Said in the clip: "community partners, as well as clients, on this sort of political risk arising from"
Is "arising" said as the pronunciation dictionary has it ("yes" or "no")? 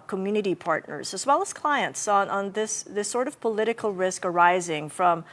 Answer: yes